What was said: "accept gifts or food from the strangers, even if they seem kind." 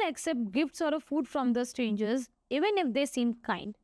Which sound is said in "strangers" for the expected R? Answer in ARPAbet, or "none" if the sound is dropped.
none